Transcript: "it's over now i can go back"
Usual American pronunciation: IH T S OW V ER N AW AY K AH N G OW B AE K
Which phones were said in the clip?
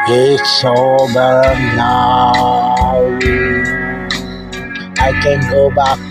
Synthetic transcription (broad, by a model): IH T S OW B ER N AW AY K AH N G OW B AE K